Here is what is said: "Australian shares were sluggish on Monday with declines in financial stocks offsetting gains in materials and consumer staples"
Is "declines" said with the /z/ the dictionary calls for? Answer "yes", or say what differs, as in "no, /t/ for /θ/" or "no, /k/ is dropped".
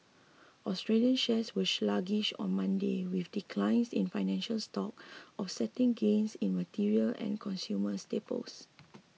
no, /s/ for /z/